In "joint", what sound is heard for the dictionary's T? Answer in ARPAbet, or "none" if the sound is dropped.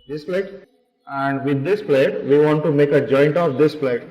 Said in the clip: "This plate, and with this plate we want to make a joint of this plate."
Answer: T